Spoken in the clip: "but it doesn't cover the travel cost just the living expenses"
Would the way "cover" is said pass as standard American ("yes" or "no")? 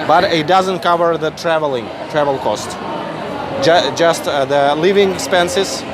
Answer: yes